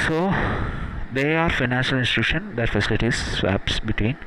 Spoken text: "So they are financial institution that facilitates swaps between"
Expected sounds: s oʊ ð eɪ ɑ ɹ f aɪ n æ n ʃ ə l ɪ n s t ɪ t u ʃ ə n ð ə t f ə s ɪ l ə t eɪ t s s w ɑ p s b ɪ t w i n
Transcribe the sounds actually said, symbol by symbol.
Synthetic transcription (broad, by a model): s oʊ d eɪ ɑ ɹ f aɪ n æ n ʃ ə l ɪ n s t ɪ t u ʃ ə n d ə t f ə s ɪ l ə t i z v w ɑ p s b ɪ t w i n